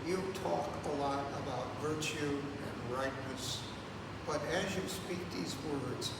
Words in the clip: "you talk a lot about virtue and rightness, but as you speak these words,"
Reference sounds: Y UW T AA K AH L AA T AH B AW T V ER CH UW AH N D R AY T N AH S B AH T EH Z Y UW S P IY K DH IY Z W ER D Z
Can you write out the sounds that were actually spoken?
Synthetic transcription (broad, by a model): Y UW T AA K AH L AA T AH B AW T V ER CH UW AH N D R AY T N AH S B AH T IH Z Y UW S P IY K DH IY Z W ER D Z